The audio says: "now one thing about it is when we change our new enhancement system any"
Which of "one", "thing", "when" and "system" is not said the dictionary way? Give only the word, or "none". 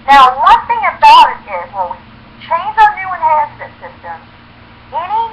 when